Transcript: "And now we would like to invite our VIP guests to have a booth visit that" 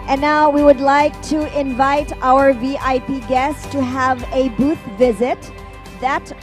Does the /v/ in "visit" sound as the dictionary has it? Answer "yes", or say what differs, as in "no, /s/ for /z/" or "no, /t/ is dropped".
yes